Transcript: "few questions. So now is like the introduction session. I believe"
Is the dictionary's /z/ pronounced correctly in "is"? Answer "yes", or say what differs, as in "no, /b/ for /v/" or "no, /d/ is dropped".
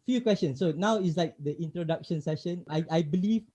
no, /s/ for /z/